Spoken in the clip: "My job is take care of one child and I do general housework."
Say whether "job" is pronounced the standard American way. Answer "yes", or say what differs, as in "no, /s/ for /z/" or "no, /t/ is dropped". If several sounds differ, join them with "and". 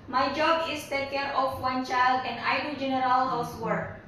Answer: yes